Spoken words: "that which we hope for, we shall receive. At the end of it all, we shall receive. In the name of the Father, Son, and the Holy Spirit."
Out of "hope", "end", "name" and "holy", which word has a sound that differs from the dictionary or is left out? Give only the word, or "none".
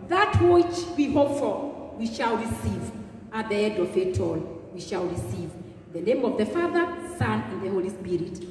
end